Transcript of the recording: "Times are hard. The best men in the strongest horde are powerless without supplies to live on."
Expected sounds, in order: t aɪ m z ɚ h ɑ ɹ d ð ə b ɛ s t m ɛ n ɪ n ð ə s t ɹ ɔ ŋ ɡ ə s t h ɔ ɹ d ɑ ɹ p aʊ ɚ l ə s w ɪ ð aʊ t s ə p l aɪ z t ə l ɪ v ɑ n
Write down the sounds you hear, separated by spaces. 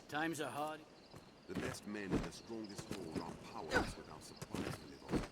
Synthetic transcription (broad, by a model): t aɪ m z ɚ h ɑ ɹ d ð ə b ɛ s t m ɛ n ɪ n ð ə s t ɹ ɔ ŋ ɡ ə s t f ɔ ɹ ɑ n p aʊ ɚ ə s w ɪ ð aʊ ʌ s ə p l aɪ z t ə l ɪ v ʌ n